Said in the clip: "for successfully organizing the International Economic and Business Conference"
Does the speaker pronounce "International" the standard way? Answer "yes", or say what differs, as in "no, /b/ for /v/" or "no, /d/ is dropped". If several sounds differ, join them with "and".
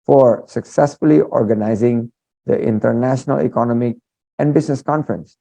yes